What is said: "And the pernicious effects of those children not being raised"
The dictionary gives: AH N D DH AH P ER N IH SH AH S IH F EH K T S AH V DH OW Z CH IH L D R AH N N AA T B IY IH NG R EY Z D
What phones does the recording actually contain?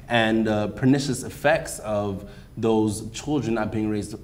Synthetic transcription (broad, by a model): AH N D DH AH P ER N IH SH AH S IH F EH K T S AH V DH OW Z CH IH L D R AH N N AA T B IY IH NG R EY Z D